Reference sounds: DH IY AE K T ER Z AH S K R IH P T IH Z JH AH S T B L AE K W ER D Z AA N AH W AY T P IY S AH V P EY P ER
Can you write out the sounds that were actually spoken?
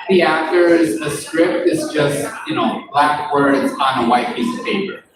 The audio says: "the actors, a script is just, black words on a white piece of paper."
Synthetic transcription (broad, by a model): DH IY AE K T ER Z AH S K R IH P T IH Z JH AH S T B L AE K W ER D Z N AH W AY T P IY S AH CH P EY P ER